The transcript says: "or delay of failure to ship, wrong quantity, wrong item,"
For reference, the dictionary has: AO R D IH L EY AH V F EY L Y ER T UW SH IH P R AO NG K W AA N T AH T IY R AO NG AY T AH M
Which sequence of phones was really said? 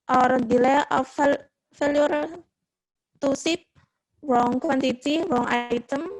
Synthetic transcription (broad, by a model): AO R D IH L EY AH F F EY L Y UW T UW S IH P W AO NG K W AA N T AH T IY W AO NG AY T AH M